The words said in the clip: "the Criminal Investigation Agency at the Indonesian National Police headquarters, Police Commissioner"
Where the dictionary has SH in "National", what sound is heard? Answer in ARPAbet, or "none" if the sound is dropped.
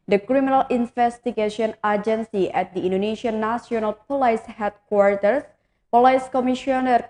S